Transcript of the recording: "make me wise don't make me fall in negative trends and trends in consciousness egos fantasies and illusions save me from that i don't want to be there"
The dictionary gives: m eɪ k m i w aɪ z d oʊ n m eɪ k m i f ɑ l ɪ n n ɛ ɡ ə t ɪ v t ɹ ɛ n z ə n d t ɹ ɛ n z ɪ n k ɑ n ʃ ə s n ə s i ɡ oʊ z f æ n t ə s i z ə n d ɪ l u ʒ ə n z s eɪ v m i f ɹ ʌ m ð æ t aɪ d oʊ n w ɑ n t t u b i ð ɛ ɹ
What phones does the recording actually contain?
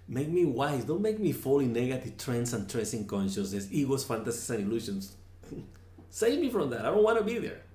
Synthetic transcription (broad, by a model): m eɪ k m i w aɪ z d oʊ n m eɪ k m i f ɑ l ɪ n n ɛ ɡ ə t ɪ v t ɹ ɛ n s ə n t ɹ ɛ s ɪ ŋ k ɑ n ʃ ə s n ə s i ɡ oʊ s f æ n t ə s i s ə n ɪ l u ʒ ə n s s eɪ v m i f ɹ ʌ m ð æ t aɪ d oʊ n w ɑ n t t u b i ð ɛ ɹ